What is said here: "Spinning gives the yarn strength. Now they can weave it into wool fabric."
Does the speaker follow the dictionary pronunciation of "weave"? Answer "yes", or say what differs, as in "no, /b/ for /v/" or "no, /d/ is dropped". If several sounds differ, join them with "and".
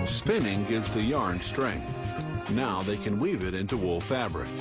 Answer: yes